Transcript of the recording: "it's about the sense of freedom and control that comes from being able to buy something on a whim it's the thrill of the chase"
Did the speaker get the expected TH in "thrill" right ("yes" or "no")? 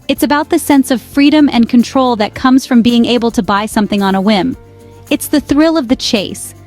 yes